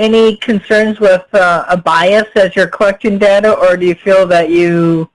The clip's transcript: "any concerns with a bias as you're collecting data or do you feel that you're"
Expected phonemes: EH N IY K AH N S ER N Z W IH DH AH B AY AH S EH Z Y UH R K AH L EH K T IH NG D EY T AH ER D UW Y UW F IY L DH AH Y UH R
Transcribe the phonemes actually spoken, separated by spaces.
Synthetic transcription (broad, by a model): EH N IY K AH N S ER N Z W IH DH AH B AY AH S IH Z Y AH R K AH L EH K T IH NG D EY T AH ER D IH Y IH F IY L DH AH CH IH